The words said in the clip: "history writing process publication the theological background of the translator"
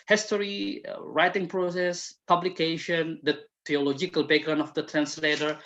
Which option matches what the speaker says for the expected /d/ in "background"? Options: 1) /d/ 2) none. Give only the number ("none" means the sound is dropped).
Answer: 2